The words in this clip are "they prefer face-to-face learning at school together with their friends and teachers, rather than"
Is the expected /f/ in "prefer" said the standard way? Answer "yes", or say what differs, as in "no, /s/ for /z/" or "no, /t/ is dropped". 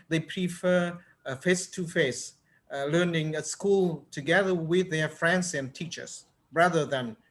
yes